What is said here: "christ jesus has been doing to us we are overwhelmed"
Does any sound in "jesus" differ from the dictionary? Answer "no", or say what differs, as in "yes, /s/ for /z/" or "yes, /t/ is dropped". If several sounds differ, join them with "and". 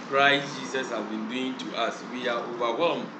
yes, /s/ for /z/